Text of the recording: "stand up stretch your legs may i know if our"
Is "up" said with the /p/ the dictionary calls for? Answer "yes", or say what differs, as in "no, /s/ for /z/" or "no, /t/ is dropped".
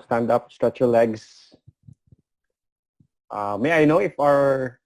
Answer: yes